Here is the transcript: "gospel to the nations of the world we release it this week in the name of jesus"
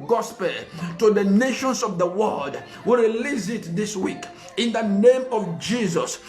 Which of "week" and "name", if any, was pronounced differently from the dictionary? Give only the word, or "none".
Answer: none